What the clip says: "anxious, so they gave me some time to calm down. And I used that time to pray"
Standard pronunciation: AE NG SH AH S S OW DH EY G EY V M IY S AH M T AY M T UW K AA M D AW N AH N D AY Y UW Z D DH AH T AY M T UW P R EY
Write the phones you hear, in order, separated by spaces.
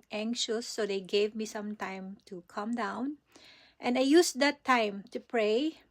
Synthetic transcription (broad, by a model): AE NG SH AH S S OW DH EY G EY V M IY S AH M T AY M T UW K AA M D AW N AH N AY Y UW S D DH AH T AY M T UW P R EY